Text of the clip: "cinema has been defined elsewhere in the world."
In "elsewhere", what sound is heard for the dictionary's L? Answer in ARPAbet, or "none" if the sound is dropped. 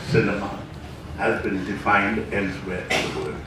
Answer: N